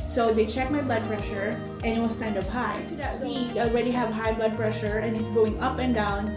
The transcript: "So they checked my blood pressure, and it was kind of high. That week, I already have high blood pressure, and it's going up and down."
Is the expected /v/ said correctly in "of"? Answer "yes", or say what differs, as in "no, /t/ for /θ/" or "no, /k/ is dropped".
no, /p/ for /v/